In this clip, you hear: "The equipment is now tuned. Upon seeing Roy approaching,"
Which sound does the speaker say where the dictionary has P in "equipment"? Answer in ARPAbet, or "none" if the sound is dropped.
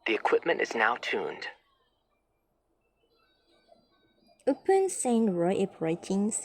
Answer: P